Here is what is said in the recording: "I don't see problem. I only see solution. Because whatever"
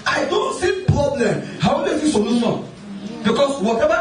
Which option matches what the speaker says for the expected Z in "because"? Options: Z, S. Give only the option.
S